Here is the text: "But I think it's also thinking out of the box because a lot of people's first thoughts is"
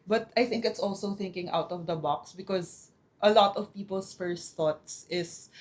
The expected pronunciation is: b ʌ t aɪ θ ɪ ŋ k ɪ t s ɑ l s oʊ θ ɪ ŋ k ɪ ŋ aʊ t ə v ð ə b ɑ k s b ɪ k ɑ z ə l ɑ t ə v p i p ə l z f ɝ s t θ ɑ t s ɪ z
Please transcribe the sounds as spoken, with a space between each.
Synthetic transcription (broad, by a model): b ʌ t aɪ θ ɪ ŋ k ɪ t s ɑ l s oʊ θ ɪ ŋ k ɪ ŋ aʊ t ə v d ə b ɑ k s b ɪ k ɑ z ə l ɑ t ə v p i p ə l s f ɝ s t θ ɑ t s ɪ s